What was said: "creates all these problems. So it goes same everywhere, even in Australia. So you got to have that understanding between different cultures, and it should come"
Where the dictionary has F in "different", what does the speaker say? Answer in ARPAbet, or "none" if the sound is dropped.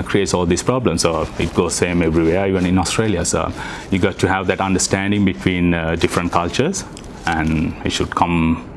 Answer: F